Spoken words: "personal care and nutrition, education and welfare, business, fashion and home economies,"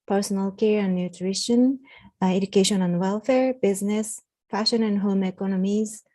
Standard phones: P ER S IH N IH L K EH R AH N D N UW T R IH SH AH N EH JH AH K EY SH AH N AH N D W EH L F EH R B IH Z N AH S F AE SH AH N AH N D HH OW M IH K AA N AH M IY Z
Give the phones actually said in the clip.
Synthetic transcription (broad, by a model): P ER S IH N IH L K EH R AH N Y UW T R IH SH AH N EH JH AH K EY SH AH N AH N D W EH L F EH R B IH Z N AH S F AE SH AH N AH N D HH OW M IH K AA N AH M IY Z